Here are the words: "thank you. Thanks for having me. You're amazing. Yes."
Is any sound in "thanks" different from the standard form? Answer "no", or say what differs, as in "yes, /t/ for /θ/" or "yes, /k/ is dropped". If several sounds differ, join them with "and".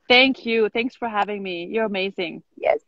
no